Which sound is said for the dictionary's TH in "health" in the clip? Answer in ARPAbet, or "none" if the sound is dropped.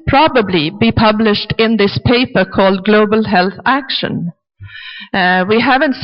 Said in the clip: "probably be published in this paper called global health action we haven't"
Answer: TH